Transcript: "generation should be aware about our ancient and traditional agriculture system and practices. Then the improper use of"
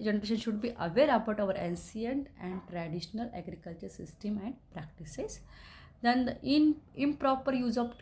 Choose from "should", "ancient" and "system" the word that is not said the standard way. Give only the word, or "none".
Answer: ancient